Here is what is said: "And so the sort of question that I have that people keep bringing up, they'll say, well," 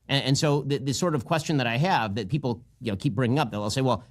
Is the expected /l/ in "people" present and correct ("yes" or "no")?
no